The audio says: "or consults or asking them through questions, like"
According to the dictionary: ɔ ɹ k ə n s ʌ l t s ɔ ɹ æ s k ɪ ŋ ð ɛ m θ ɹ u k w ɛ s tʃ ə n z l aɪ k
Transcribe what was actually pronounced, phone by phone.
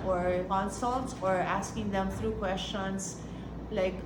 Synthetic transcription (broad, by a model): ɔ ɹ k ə n s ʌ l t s ɔ ɹ æ s k ɪ ŋ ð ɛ m t ɹ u k w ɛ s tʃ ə n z l aɪ k